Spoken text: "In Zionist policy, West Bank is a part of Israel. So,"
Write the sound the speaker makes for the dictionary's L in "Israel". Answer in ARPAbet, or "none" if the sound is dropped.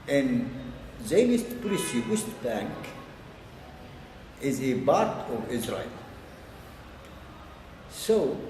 L